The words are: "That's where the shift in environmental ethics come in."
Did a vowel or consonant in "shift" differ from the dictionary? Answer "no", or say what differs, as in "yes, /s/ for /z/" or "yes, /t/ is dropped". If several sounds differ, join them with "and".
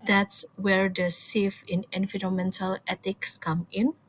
yes, /s/ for /ʃ/ and /t/ is dropped